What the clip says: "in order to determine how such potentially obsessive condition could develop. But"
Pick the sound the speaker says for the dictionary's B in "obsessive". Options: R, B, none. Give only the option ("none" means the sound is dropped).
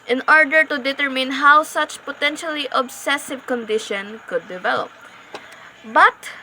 B